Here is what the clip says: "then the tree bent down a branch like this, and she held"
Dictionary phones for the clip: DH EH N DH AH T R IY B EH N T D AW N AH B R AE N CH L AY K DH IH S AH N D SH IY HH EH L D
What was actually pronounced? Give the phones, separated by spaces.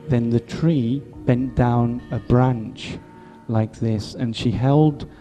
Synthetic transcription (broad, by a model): DH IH N DH AH T R IY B EH N D AW N AH B R AE N CH L AY K DH IH S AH N SH IY HH EH L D